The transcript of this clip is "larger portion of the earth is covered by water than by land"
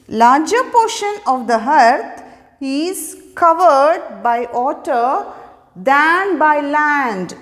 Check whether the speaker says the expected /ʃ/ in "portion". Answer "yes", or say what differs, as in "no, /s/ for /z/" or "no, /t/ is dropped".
yes